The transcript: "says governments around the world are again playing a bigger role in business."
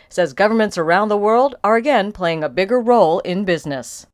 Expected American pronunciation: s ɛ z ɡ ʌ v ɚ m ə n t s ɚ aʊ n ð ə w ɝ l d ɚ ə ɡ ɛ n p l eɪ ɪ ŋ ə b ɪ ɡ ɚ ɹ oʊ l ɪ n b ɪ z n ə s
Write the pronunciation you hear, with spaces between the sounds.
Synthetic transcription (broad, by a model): s ɛ z ɡ ʌ v ɚ m ə n t s ɚ aʊ n ð ə w ɝ l d ɚ ə ɡ ɛ n p l eɪ ɪ ŋ ə b ɪ ɡ ɚ ɹ oʊ l ɪ n b ɪ z n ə s